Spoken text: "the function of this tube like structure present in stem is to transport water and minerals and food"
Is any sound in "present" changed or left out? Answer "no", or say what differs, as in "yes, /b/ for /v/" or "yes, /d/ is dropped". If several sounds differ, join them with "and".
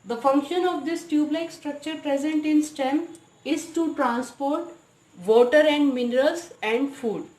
no